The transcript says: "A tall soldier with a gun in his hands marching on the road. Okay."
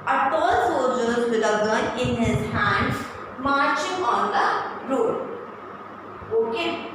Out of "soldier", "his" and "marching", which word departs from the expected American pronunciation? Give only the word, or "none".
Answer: soldier